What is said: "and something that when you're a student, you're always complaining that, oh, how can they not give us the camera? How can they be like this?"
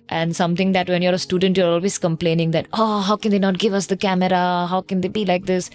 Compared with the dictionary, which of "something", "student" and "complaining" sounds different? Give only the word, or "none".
something